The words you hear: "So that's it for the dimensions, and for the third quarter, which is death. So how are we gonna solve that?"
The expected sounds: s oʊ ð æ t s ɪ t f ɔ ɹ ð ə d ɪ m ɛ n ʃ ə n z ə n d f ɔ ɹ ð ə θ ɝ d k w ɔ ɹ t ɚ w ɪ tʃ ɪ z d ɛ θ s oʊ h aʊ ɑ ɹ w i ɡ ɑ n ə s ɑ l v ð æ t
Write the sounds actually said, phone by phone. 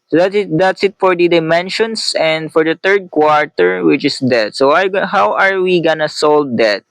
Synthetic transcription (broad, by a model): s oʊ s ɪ t s ɪ t f ɔ ɹ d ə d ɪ m ɛ n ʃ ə n s ə n d f ɔ ɹ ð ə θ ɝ d k w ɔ ɹ t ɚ w ɪ tʃ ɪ s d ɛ t s oʊ h aʊ ɑ ɹ w i ɡ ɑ n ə s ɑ l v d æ t